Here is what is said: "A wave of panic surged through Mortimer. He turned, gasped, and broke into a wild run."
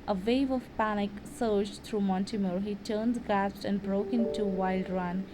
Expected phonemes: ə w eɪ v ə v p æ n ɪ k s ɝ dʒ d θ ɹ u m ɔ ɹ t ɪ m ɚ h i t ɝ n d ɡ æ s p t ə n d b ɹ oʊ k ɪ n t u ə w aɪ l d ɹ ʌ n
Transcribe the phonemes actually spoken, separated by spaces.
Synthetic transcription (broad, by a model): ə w eɪ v ə v p æ n ɪ k s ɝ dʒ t ɹ u m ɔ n t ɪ m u h i t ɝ n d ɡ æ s t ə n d b ɹ oʊ k ɪ n t u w aɪ l d ɹ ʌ n